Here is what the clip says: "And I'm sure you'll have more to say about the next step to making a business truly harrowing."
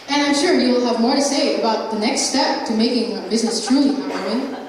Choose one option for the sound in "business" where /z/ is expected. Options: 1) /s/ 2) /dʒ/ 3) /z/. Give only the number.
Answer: 3